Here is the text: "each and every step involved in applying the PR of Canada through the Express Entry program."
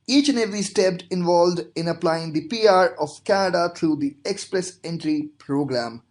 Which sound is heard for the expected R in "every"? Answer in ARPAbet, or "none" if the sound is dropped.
none